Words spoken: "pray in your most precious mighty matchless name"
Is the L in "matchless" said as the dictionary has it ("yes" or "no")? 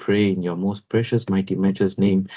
no